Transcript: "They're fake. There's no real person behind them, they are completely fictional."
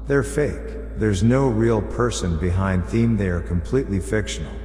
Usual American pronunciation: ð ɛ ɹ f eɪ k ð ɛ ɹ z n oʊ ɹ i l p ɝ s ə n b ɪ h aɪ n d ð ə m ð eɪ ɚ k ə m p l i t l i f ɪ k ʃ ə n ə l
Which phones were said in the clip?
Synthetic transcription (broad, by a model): ð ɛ ɹ f eɪ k ð ɛ ɹ z n oʊ ɹ i l p ɝ s ə n b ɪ h aɪ n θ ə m ð eɪ ɚ k ə m p l i t l i f ɪ k ʃ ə n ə l